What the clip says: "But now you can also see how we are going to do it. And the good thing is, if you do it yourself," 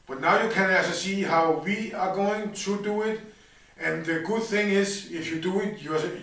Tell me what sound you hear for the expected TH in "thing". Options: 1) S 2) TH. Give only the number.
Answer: 2